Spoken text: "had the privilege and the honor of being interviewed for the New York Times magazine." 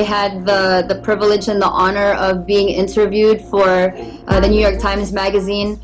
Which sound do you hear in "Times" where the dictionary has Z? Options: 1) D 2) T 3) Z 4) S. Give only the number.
3